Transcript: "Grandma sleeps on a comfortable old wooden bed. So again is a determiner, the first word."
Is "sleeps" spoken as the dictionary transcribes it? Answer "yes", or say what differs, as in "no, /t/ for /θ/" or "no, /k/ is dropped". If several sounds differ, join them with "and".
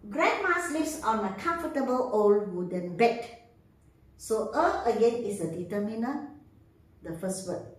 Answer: no, /f/ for /p/